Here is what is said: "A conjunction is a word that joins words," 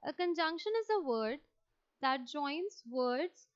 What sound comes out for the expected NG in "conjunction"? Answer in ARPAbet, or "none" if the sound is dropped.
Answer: NG